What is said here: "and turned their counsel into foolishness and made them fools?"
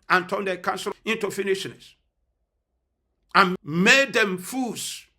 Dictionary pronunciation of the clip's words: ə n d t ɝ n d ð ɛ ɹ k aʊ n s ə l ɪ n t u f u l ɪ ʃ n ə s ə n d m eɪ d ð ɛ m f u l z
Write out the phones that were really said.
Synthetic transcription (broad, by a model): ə n t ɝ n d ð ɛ k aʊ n s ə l ɪ n t u f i n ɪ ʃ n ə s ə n m eɪ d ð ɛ m f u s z